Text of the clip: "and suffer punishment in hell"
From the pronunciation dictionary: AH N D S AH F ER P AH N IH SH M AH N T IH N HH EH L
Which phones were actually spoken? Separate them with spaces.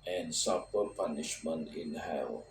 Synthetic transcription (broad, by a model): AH N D S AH P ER P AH N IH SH M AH N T IH N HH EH